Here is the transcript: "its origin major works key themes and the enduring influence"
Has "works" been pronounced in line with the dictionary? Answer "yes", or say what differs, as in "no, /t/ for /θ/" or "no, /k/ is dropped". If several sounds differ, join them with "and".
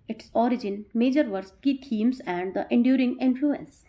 no, /k/ is dropped